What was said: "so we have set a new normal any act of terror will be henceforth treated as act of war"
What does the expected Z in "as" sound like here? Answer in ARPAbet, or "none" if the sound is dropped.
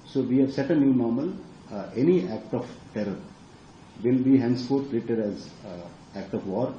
Z